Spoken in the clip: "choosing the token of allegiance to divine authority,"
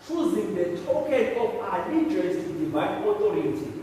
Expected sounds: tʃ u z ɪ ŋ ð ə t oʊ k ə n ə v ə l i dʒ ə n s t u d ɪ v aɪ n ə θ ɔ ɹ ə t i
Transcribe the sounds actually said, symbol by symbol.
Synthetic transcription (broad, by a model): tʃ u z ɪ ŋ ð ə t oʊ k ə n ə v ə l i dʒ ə s t u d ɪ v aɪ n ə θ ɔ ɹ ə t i